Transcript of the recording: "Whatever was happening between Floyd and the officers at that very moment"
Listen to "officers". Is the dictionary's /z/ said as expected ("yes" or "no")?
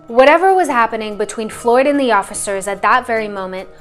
yes